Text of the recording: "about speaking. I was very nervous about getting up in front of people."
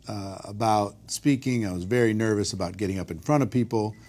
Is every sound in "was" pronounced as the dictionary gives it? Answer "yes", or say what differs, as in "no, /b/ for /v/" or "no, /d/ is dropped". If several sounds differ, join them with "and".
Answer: yes